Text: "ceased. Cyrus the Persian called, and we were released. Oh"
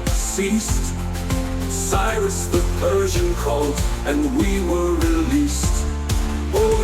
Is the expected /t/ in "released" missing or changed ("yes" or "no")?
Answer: no